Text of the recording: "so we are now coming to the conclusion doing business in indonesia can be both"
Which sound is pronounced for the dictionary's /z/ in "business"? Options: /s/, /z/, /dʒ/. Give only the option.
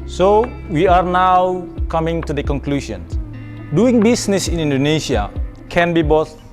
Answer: /s/